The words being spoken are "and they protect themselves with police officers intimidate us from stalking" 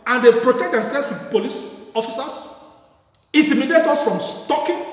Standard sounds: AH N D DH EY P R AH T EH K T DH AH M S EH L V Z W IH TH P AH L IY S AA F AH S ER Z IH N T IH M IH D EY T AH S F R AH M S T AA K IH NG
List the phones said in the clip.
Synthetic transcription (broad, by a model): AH N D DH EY P R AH T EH K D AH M S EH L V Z W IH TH P AH L IY S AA F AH S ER S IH N T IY M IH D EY T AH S F R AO M S T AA K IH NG